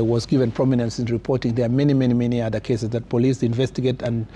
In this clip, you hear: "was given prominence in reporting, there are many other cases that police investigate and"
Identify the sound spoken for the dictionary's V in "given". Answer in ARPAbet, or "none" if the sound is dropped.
V